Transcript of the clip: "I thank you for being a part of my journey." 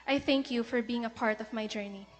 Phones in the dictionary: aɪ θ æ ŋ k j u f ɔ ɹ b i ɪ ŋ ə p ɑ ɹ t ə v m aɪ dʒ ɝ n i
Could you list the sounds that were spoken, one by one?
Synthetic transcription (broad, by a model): aɪ θ æ ŋ k j u f ɔ ɹ b i ɪ ŋ ə p ɑ ɹ t ə v m aɪ dʒ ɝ n i